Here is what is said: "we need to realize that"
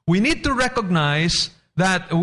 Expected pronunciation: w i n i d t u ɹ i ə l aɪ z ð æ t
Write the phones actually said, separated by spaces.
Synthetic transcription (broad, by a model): w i n i d t u ɹ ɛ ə n aɪ s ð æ t